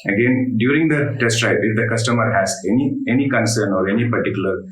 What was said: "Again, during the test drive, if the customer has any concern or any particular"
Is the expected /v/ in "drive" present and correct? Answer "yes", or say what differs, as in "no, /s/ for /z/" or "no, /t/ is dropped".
no, /p/ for /v/